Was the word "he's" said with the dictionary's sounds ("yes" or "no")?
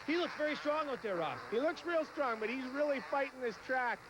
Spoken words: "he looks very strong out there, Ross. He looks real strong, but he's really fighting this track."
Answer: yes